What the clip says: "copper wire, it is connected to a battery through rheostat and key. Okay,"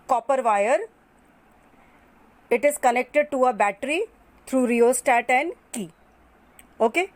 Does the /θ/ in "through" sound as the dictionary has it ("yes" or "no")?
no